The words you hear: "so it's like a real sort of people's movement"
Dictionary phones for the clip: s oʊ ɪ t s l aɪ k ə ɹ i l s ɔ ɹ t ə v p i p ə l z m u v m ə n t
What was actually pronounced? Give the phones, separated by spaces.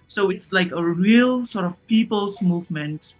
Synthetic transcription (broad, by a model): s oʊ ɪ t s l aɪ k ə ɹ i l s ɔ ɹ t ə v p i p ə l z m u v m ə n t